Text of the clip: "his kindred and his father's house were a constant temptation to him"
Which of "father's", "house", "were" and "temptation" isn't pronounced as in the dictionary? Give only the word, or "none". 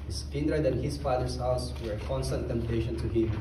father's